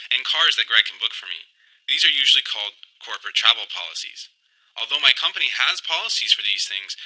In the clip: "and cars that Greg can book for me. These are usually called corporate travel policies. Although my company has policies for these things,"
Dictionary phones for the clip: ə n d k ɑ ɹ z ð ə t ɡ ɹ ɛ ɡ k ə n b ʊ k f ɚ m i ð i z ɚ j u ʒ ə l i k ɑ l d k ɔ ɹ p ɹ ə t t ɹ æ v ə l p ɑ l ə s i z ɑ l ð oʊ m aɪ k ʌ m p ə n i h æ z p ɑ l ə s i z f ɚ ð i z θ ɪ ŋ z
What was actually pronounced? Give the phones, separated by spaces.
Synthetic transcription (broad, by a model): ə n k ɑ ɹ z ð ə t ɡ ɹ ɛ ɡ k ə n b ʊ k f ɚ m i ð i z ɚ j u ʒ l i k ɑ l d k ɔ ɹ p ɹ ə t t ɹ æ v l p ɑ l ə s i z ɑ l ð oʊ m aɪ k ʌ m p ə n i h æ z p ɑ l ə s i z f ɚ ð i z θ ɪ ŋ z